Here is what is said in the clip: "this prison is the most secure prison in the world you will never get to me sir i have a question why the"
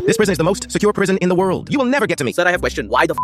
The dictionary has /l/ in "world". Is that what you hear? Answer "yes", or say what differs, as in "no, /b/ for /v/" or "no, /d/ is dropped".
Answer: yes